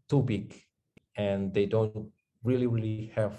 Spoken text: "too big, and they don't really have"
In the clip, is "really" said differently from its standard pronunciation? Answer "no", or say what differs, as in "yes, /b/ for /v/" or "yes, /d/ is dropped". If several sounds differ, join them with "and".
no